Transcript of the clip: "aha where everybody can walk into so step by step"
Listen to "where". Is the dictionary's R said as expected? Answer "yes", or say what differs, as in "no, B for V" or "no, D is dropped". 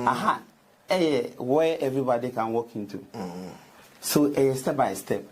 no, W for R